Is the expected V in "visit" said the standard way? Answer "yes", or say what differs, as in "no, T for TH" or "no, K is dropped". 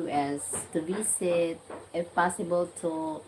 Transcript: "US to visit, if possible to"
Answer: no, B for V